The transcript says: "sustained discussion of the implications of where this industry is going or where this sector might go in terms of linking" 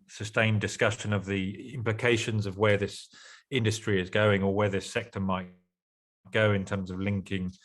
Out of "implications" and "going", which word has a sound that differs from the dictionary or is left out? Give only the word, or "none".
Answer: none